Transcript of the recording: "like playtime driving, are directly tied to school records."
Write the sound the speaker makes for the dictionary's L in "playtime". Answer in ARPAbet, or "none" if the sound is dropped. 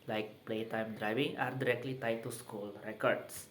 L